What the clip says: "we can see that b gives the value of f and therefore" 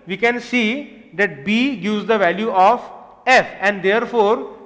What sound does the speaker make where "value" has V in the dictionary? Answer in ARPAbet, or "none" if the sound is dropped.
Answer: V